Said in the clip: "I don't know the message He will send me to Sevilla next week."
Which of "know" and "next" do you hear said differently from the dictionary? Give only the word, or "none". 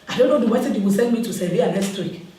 next